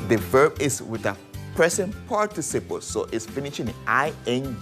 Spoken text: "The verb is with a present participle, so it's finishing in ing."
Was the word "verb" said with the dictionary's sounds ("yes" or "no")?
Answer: yes